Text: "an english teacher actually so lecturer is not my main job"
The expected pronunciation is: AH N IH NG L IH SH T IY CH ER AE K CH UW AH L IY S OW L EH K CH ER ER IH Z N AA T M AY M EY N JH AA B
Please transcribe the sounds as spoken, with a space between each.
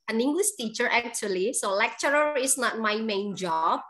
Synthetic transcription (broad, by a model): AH N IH NG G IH S T IY CH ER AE K CH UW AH L IY S OW L EH K CH ER ER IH S N AA T M AY M EY N JH AA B